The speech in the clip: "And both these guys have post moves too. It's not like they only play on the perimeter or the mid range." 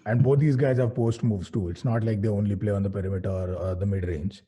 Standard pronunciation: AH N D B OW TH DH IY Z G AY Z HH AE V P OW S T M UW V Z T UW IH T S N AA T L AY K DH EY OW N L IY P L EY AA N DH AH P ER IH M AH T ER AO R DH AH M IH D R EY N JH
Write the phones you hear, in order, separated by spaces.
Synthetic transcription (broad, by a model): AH N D B OW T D IY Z G AY Z HH AE V P OW S T M UW V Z T UW IH T S N AA T L AY K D EY OW N L IY P L EY AA N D AH P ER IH M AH T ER AO R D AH M IH D R EY N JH